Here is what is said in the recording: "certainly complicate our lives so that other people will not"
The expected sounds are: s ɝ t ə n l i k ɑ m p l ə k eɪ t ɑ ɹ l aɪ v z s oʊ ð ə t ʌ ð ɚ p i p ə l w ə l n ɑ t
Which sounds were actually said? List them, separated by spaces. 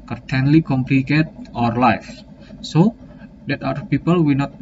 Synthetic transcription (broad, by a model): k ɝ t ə n l i k ɑ m p l ə k eɪ t ɑ ɹ l aɪ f s oʊ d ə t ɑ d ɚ p i p ə l w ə n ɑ t